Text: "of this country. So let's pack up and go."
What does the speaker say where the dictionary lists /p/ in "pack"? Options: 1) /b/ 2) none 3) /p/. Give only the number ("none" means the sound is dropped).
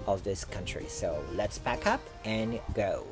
1